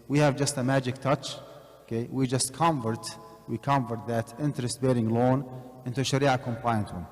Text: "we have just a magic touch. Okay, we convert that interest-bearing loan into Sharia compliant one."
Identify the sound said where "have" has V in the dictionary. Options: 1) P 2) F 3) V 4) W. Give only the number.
3